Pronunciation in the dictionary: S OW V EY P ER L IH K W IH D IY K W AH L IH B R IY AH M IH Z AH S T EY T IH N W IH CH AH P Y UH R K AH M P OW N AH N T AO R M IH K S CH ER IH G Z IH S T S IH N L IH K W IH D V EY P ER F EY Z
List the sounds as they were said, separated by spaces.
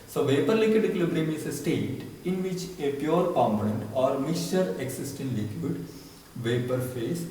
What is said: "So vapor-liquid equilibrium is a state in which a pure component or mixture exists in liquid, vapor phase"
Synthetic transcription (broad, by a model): S OW V EY P ER L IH K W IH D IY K L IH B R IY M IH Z AH S T EY T IH N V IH CH AH P Y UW R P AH M OW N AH N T AO R M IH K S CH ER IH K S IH S T IH N L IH K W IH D V EY P ER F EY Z